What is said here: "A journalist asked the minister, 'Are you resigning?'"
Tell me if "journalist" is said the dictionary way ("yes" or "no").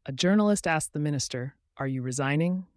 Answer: yes